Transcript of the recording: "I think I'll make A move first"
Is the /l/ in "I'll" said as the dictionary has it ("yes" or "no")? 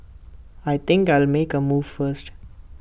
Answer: yes